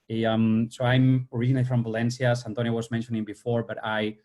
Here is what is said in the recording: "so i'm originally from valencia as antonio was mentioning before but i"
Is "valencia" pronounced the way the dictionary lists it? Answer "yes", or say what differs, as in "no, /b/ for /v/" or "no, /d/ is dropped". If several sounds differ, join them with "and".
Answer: yes